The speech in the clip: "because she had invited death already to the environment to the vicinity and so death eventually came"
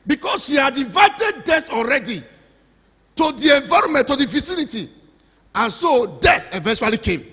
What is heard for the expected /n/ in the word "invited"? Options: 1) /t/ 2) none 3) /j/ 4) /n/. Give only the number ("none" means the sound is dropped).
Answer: 2